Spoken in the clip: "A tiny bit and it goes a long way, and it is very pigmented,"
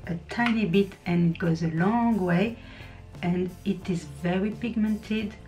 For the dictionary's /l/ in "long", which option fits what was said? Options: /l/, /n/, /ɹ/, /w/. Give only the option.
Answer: /l/